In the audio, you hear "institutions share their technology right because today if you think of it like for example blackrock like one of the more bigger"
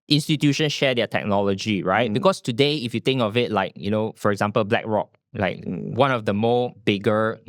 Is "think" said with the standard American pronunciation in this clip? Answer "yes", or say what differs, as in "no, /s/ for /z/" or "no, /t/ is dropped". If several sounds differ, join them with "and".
no, /t/ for /θ/